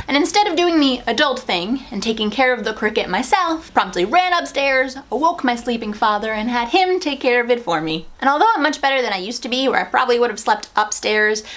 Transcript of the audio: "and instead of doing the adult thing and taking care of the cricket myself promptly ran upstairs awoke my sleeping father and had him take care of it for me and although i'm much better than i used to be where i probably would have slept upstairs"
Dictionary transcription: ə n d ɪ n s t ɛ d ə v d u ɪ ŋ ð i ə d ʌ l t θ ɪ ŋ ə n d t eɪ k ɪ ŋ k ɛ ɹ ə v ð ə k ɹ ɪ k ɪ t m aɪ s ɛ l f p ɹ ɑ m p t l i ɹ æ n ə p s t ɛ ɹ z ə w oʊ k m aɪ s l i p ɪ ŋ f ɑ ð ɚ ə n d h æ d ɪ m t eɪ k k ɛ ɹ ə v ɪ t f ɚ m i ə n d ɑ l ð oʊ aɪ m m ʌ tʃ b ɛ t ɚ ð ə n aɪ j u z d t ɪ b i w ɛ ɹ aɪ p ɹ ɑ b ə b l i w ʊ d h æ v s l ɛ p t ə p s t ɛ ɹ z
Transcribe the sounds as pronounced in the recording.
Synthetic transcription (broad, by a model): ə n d ɪ n s t ɛ d ə v d u ɪ ŋ ð i ə d ʌ l t θ ɪ ŋ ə n t eɪ k ɪ ŋ k ɛ ɹ ə v ð ə k ɹ ɪ k ɪ t m aɪ s ɛ l f p ɹ ɑ m p t l i ɹ æ n ə p s t ɛ ɹ z ə w oʊ k m aɪ s l i p ɪ ŋ f ɑ ð ɚ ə n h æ d ɪ m t eɪ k k ɛ ɹ ə v ɪ t f ɚ m i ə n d ɑ l ð oʊ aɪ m m ʌ tʃ b ɛ t ɚ ð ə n aɪ j u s t ɪ b i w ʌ ɹ aɪ p ɹ ɑ b ə b l i w ʊ d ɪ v s l ɛ p t ə p s t ɛ ɹ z